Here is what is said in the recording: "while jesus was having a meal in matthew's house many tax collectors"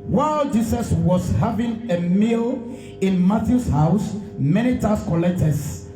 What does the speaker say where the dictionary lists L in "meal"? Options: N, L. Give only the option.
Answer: L